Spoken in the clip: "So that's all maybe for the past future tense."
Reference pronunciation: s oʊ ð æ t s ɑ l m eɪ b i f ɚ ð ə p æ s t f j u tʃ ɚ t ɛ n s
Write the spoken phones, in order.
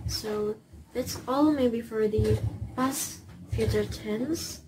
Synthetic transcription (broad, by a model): s oʊ ð æ t s ɑ l m eɪ b i f ɚ ð ə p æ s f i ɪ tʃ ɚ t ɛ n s